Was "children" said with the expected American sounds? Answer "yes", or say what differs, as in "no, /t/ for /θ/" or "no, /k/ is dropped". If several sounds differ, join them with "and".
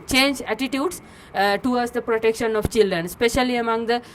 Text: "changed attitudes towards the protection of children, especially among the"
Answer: yes